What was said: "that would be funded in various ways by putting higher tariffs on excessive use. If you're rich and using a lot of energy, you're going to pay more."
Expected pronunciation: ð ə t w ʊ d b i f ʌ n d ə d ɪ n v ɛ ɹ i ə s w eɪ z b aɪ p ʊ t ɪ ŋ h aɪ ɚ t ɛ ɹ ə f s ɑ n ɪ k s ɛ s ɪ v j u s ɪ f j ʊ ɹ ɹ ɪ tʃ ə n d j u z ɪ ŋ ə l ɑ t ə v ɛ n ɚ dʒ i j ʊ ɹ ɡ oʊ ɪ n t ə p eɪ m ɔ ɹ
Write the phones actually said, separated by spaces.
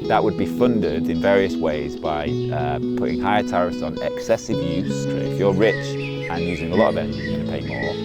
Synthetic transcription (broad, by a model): ð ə t w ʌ d b i f ʌ n d ə d ɪ n v ɛ ɹ i ə s w eɪ z b aɪ p ʊ t ɪ ŋ h aɪ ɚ t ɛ ɹ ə s n ɪ k s ɛ s ɪ v j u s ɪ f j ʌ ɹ ɹ ɪ tʃ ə n j u z ɪ ŋ ə l ɑ t ə v ɛ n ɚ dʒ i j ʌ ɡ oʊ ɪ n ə p eɪ m ɔ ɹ